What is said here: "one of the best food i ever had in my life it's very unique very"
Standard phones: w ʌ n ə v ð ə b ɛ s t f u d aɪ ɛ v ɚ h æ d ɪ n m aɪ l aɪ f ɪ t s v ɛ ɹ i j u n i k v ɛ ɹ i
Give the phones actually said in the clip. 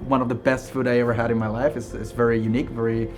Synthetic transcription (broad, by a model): w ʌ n ə v ð ə b ɛ s t f u d aɪ ɛ v ɚ h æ d ɪ n m aɪ l aɪ f ɪ t s v ɛ ɹ i j u n i k v ɛ ɹ i